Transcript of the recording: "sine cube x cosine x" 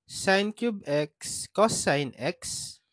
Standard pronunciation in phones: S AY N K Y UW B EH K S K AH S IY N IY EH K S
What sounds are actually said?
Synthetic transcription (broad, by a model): S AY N K Y UW B EH K S K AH S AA N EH K S